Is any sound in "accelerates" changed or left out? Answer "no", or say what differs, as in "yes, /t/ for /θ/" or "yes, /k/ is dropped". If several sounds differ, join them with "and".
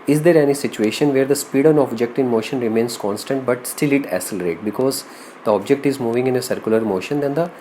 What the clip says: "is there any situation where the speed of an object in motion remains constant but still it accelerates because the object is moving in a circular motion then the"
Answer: yes, /k/ is dropped and /s/ is dropped